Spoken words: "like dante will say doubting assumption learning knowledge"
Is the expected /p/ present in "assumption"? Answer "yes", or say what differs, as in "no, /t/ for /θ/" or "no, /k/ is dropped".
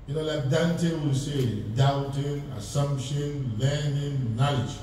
yes